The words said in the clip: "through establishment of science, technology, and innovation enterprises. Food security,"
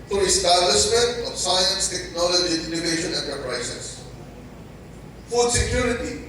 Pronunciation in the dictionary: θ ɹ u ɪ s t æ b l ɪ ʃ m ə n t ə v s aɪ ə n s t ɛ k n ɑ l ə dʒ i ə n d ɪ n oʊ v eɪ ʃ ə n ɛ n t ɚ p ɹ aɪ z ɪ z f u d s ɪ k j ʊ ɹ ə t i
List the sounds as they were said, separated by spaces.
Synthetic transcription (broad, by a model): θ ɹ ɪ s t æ l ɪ s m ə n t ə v s aɪ ə n s t ɛ k n ɑ l ə dʒ i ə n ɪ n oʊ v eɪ ʃ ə n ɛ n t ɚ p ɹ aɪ s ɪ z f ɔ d s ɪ k j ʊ ɹ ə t i